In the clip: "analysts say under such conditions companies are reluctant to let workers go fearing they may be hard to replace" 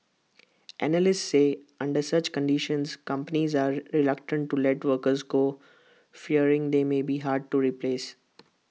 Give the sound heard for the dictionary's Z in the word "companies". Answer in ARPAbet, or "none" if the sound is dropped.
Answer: Z